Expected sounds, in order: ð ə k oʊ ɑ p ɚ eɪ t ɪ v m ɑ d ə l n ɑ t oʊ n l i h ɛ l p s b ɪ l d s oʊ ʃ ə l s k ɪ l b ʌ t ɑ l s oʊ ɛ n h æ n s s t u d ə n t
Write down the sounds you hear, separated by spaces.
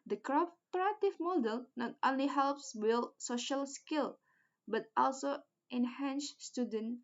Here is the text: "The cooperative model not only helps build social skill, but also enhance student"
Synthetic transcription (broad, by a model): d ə k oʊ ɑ p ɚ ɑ t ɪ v m ɑ d ə l n ɑ t oʊ n l i h ɛ l p s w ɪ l s oʊ ʃ ə l s k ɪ l b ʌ t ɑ l s oʊ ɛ n h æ n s s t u d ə n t